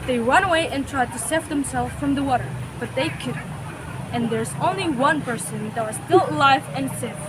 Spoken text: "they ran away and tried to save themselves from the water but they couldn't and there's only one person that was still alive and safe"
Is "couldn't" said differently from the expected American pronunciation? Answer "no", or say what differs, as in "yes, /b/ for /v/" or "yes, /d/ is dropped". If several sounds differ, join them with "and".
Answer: yes, /n/ is dropped